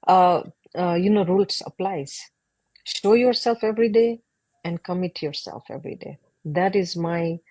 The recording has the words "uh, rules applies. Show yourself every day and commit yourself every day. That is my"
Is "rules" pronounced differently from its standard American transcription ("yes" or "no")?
yes